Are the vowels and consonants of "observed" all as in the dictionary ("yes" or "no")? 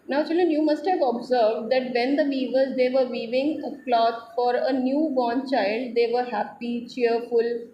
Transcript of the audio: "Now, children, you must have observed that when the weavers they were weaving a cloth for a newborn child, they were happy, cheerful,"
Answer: yes